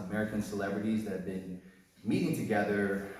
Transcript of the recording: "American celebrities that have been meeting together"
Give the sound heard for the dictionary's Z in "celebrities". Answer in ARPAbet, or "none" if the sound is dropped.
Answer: Z